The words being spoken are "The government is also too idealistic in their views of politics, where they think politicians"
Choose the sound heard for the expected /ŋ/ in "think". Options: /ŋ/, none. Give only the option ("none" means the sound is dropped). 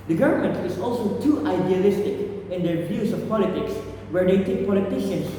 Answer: none